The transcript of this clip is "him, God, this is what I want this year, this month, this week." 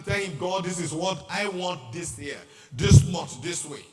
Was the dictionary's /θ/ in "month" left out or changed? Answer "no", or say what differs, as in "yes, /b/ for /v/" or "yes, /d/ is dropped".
yes, /t/ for /θ/